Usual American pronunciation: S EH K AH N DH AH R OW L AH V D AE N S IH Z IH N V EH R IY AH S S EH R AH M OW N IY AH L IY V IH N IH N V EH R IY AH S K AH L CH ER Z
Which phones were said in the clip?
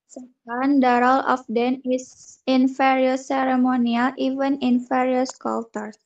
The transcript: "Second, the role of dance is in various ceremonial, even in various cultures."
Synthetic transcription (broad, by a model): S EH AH N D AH R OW L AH F D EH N IH S IH N F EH R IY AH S S EH R AH M OW N IY AH L IY V IH N IH N F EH R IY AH S K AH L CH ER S